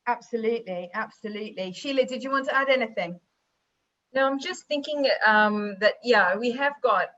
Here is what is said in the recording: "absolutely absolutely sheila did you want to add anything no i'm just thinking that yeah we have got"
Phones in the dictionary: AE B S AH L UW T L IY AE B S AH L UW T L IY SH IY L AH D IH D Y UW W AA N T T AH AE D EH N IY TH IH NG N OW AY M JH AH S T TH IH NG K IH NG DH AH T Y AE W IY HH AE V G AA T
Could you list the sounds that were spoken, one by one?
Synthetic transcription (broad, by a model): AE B S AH L UW T L IY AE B S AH L UW T L IY SH IY L AH D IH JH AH W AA N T T AH AE D EH N IY TH IH NG N OW AY M JH AH S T TH IH NG K IH NG DH AH T Y AE W IY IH V G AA T